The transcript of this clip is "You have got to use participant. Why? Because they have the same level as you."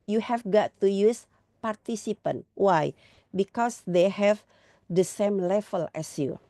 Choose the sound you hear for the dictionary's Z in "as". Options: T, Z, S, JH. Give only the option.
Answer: S